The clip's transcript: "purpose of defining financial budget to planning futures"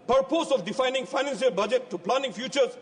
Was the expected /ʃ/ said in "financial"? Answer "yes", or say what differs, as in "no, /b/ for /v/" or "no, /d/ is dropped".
no, /s/ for /ʃ/